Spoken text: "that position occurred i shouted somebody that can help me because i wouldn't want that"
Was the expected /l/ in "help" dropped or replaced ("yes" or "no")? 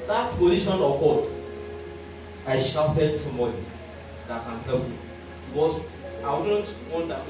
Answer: yes